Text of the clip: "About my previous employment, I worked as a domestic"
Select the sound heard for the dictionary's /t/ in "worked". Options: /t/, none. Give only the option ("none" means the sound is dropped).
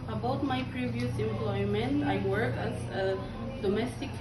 none